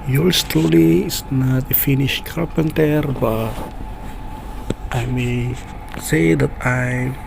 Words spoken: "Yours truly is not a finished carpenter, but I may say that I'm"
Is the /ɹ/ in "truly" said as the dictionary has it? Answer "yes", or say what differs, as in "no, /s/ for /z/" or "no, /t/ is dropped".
no, /ɹ/ is dropped